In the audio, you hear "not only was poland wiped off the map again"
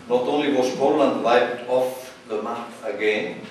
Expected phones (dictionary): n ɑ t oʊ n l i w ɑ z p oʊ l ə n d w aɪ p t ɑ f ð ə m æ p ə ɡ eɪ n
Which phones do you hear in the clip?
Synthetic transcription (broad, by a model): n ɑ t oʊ l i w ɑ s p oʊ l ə n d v aɪ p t ɑ f ð ə m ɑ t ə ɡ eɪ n